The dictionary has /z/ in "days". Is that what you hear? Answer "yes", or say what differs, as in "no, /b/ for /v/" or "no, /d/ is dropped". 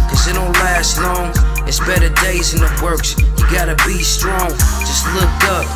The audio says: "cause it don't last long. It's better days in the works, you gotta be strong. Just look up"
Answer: yes